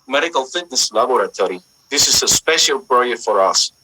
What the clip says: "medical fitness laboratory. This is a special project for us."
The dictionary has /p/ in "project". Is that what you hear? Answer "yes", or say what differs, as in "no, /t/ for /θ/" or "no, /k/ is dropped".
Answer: no, /b/ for /p/